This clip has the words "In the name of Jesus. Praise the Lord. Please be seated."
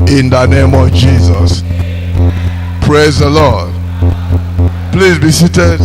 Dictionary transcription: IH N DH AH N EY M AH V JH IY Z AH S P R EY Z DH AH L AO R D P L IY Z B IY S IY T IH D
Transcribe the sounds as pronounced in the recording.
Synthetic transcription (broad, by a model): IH N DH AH N EY M AH V JH IY Z AH S P R EY Z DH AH L AO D P L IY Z B IY S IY T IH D